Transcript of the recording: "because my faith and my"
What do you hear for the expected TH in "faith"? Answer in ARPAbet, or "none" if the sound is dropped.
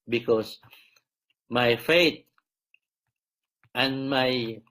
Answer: T